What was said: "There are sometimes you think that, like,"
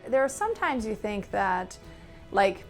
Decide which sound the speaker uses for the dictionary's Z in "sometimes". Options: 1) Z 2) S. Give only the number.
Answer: 1